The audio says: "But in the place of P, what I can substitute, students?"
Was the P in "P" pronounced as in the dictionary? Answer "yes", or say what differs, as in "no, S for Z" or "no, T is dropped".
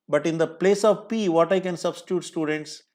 yes